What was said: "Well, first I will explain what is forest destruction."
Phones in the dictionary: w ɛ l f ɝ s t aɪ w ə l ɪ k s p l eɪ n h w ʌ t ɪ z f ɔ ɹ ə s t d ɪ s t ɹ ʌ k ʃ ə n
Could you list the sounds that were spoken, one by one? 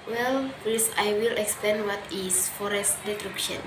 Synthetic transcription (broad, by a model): w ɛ l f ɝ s aɪ w ə l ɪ k s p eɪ n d w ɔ t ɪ s f ɔ ɹ ə s t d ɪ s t ɹ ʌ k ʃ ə n